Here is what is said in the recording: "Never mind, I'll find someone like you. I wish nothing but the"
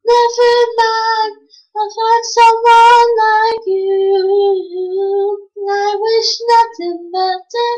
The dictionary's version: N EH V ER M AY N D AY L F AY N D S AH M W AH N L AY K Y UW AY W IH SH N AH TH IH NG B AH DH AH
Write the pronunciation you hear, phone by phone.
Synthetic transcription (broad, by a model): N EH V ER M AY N AY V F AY D S AH M W AH N L AY K Y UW AY W IH SH N AH TH IH NG B AH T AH